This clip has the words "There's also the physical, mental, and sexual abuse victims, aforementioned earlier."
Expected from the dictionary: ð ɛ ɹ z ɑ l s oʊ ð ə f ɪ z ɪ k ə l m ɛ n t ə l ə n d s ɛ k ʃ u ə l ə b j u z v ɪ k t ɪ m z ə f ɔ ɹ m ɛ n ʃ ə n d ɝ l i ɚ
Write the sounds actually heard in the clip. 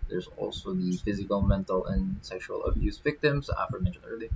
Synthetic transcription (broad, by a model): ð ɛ ɹ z ɑ l s oʊ ð ə f ɪ z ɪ k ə l m ɛ n t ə l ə n s ɛ k ʃ u ə l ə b j u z v ɪ k t ɪ m z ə f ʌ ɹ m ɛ n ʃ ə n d ɝ l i